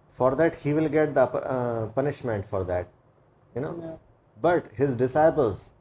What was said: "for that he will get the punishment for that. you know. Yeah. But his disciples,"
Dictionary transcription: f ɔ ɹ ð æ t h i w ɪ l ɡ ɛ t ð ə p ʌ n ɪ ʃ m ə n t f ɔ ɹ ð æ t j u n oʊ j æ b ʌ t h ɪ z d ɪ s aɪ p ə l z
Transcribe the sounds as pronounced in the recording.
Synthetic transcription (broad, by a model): f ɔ ɹ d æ t h i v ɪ l ɡ ɛ t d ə p ʌ n ɪ ʃ m ə n t f ɔ ɹ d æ t j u n oʊ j b ʌ t h ɪ z d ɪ s aɪ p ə l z